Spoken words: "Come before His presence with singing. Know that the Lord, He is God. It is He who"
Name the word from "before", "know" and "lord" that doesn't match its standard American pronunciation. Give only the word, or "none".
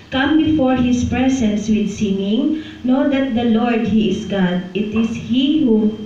none